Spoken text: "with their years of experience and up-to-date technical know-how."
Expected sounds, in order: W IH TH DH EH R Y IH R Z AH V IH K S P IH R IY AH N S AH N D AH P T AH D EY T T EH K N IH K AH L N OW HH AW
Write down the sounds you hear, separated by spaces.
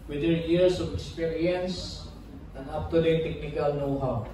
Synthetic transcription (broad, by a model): W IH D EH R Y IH R S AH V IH K S P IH R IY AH N S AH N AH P T AH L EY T T EH K N IH K AH L N OW HH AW